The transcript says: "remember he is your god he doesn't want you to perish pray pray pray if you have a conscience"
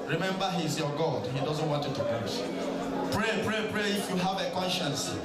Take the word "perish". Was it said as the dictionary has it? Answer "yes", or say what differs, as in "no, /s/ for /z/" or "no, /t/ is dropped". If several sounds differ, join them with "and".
no, /s/ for /ʃ/